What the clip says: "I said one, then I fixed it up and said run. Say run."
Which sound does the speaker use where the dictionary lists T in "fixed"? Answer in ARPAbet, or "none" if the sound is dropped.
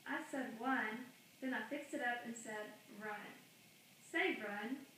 T